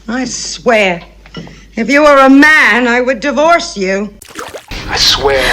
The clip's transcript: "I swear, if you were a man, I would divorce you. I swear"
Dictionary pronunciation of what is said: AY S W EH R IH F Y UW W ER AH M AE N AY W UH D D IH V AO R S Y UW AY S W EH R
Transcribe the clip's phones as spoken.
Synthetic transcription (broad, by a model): AY S W EH R IH F Y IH W ER AH M AE N AY W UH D D IH V AO R S Y UW AY S W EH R